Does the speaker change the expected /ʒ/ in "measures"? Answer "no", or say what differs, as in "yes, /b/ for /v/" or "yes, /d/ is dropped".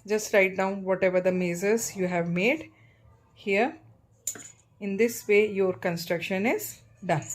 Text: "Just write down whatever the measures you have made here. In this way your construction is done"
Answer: yes, /z/ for /ʒ/